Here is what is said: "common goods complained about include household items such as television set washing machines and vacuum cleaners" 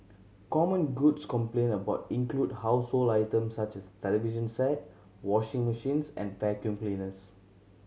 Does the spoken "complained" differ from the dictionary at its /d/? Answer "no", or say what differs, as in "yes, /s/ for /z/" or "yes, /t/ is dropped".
yes, /d/ is dropped